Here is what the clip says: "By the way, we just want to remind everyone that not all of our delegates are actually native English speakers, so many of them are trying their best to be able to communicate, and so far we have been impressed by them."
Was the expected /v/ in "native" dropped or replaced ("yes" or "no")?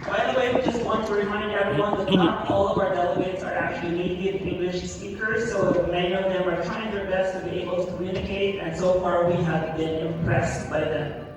yes